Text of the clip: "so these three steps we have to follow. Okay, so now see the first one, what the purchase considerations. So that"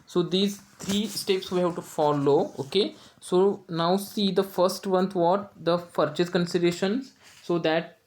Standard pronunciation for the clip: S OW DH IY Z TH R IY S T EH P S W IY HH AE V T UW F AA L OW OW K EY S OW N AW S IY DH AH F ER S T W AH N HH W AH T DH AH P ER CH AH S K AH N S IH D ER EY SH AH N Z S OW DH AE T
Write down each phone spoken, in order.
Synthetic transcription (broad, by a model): S OW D IY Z T R IY S T EH P S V IY HH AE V T UW F AA L OW OW K EY S OW N AW S IY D AH F ER S T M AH N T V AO T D AH F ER CH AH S K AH N S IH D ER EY SH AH N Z S OW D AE T